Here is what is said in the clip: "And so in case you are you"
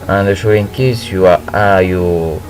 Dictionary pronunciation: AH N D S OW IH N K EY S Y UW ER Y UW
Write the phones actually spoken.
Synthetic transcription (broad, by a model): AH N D SH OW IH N K EY S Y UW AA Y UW